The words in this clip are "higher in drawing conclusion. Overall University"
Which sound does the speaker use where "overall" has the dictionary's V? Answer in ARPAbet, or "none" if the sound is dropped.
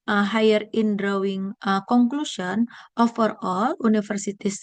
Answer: F